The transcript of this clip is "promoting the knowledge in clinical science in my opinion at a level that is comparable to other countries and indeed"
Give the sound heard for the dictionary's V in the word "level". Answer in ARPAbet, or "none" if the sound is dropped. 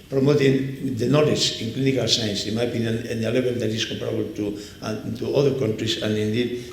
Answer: B